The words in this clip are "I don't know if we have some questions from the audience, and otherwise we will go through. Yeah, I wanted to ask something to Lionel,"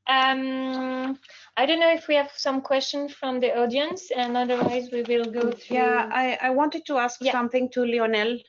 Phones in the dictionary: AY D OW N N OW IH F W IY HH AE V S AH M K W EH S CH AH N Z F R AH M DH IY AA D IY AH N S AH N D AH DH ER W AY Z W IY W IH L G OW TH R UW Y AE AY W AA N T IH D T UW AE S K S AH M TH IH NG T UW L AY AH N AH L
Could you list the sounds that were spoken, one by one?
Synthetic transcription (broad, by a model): AY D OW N N OW IH F W IY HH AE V S AH M K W EH S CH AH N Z F R AH M DH IY AA D IY AH N S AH N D AH DH ER W AY Z W IY W IH L G OW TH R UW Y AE AY W AA N T IH D T UW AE S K S AH M TH IH NG T UW L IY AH N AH L